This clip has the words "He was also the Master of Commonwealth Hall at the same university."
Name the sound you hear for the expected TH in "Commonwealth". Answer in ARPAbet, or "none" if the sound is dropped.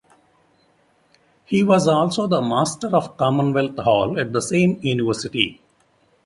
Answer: T